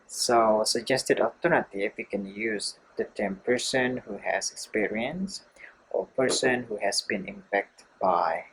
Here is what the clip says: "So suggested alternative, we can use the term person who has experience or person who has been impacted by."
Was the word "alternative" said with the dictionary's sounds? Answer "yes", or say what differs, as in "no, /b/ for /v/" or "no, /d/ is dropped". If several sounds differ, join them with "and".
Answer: no, /l/ is dropped